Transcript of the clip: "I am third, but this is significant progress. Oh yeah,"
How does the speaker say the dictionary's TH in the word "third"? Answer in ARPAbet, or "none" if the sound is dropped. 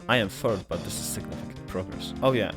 F